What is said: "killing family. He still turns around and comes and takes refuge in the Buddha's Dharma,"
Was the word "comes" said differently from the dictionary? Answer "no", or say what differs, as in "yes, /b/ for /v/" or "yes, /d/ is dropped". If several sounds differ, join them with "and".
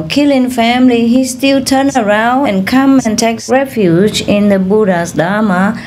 yes, /z/ is dropped